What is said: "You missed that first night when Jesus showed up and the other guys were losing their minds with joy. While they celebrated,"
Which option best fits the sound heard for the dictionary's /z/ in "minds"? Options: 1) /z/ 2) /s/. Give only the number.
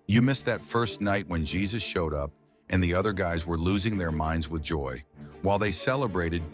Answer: 1